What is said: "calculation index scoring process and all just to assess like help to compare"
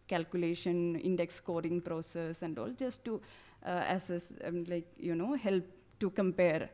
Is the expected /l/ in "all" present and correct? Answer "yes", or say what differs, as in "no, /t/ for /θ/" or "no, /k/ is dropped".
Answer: yes